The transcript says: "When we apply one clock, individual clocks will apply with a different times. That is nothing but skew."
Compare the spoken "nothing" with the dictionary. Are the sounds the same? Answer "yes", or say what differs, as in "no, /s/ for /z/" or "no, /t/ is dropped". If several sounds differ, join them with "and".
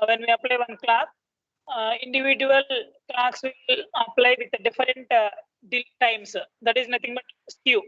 no, /t/ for /θ/